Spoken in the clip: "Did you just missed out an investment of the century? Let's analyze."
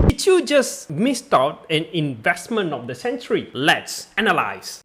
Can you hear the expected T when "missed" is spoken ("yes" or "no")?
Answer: yes